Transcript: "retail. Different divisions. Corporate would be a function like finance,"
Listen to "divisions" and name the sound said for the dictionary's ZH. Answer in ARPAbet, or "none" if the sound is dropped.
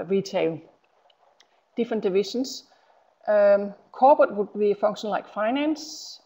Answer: SH